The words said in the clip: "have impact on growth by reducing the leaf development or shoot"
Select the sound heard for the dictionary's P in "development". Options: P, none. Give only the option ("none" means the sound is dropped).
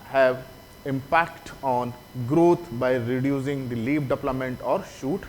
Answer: none